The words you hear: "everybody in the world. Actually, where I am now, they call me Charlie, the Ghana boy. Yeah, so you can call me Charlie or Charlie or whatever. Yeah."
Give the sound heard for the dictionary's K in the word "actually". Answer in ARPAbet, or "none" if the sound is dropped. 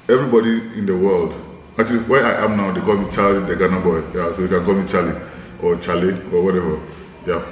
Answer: none